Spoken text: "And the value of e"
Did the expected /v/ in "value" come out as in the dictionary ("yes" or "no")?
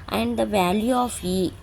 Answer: yes